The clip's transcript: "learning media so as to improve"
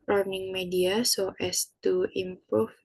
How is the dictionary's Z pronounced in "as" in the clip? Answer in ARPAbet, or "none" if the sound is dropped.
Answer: S